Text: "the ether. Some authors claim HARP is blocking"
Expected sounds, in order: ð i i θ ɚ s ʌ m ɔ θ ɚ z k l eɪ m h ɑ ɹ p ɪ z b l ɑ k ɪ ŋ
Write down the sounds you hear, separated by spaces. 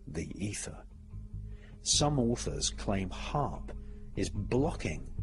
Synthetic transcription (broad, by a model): ð i i θ ɚ s ʌ m ɔ θ ɚ z k l eɪ m h ɑ ɹ p ɪ z b l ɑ k ɪ ŋ